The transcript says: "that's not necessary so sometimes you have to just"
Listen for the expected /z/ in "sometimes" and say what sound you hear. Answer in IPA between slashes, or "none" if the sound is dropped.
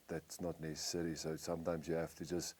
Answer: /z/